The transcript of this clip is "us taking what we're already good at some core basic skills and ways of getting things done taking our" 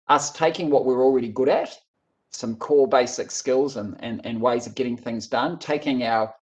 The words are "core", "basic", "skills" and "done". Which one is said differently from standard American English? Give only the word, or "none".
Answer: core